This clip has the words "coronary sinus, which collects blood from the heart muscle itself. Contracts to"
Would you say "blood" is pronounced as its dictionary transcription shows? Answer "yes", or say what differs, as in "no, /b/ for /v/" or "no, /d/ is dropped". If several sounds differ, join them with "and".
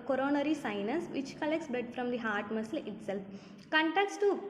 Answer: no, /l/ is dropped